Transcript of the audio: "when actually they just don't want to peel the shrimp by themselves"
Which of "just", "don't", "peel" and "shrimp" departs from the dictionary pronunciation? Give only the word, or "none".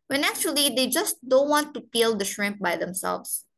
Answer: none